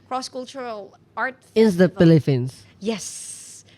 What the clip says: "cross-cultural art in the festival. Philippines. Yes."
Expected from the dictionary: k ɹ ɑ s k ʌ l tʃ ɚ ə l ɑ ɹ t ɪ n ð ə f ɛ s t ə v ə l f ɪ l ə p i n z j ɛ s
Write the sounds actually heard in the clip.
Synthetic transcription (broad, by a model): k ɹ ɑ s k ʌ l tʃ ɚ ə l ɑ ɹ t ɪ n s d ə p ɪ l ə f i n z j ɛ s